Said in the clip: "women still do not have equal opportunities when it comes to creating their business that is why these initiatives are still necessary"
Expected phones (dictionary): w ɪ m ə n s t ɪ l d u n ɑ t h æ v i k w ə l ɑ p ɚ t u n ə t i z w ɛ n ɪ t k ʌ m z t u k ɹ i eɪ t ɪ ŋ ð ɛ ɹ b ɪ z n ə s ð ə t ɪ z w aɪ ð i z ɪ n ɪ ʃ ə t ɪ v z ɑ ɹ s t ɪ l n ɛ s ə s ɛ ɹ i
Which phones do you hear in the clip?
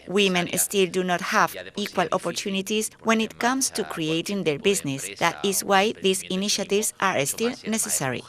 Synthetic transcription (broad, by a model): w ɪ m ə n s t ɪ l d u n ɑ t h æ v i k w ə l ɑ p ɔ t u n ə t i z w ɛ n ɪ t k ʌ m s t u k ɹ i eɪ t ɪ ŋ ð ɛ ɹ b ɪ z n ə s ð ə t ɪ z w aɪ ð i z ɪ n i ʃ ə t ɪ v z ɑ ɹ s t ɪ l n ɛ s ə s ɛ ɹ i